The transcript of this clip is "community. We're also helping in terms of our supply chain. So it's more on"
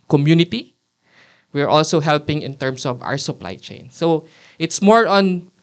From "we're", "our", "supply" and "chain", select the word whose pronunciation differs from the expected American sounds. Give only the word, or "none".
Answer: none